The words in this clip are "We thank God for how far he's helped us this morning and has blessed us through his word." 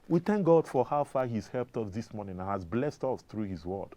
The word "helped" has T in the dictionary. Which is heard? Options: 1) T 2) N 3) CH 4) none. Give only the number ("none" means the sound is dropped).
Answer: 1